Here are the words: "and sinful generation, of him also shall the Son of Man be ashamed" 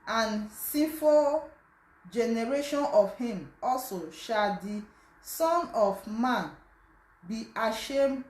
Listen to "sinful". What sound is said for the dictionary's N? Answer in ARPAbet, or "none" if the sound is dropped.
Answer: none